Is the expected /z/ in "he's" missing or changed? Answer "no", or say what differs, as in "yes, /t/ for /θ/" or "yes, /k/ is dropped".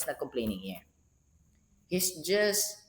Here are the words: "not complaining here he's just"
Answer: yes, /s/ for /z/